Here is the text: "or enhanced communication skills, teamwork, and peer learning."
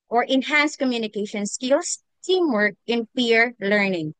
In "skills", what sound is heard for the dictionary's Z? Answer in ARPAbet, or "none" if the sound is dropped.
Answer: S